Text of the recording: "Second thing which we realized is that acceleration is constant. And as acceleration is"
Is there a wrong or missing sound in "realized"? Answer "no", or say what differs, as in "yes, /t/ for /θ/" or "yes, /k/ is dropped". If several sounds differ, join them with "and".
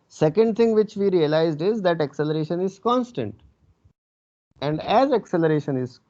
no